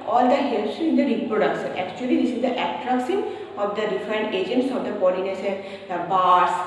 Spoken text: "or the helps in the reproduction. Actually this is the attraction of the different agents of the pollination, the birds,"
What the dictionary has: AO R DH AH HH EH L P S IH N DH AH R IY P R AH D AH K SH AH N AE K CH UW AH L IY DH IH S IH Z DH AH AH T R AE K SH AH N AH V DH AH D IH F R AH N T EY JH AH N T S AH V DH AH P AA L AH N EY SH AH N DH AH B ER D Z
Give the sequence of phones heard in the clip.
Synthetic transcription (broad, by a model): AO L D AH HH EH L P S IH N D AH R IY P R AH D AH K S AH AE K CH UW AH L IY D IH S IH Z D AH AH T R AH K S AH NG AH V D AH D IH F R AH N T EY JH AH N T S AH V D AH B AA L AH N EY S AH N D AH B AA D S